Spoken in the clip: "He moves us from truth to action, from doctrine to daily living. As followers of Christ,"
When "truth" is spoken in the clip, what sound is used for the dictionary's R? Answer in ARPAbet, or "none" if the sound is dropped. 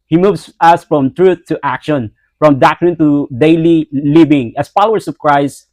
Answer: R